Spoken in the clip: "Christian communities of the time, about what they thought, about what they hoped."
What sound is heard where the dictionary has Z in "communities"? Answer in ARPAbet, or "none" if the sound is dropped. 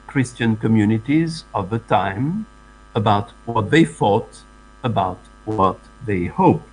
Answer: Z